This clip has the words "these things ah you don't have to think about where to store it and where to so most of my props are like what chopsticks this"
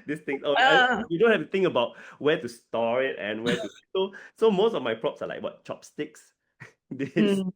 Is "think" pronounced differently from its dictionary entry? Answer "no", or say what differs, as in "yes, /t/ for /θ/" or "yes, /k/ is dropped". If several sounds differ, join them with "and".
yes, /t/ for /θ/